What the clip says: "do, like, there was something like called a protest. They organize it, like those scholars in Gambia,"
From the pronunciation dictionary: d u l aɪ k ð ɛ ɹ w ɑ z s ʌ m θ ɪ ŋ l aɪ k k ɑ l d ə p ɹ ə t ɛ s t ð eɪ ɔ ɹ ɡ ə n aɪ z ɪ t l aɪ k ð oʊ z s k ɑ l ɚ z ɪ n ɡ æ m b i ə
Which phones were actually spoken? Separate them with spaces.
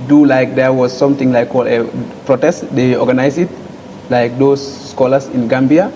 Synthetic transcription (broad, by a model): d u l aɪ k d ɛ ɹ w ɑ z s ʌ m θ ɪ ŋ l aɪ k k ɑ l d ə p ɹ ə t ɛ s t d eɪ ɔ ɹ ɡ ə n aɪ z ɪ t l aɪ k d oʊ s k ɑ l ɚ s ɪ n ɡ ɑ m b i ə